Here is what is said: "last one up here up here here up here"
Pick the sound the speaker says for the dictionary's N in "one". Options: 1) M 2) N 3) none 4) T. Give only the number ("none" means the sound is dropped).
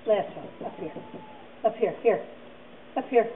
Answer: 3